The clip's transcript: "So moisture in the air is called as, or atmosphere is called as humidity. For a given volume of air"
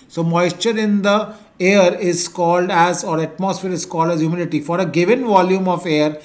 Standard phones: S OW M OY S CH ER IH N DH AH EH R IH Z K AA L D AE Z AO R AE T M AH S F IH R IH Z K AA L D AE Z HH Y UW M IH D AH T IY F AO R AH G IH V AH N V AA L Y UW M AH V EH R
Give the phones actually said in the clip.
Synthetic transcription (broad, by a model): S OW M OY S CH ER IH N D AH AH R IH Z K AA L D AE Z AO R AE T M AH S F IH R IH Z K AA L D AE Z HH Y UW M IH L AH T IY F AO R AH G IH V AH N V AA L Y UW M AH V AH R